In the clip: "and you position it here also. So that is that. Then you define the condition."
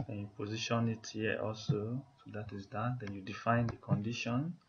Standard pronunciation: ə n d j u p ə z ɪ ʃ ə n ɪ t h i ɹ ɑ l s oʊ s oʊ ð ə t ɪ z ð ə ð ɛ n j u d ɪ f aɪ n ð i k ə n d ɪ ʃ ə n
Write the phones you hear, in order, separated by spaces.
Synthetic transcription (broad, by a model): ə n j u p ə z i ʃ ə n ɪ t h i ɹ ɑ l s oʊ s oʊ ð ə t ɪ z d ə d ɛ n j u d ɪ f aɪ n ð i k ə n d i ʃ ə n